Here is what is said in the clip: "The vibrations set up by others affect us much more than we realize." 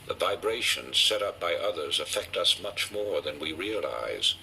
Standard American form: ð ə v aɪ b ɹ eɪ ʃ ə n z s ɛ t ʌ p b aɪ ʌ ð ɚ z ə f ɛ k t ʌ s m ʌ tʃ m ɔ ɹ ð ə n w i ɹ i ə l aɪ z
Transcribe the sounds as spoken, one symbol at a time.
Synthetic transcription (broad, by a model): ð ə v aɪ b ɹ eɪ ʃ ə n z s ɛ t ʌ p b aɪ ʌ ð ɚ z ə f ɛ k t ʌ s m ʌ tʃ m ɔ ɹ ð ə n w i ɹ i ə l aɪ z